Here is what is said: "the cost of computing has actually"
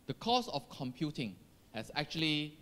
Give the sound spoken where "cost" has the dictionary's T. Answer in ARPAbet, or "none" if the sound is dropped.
none